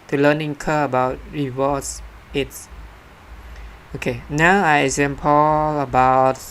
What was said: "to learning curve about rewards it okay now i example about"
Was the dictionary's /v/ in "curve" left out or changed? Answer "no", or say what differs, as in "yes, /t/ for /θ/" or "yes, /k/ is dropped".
yes, /v/ is dropped